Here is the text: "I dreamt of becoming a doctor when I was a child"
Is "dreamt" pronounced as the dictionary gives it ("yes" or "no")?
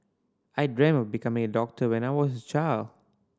no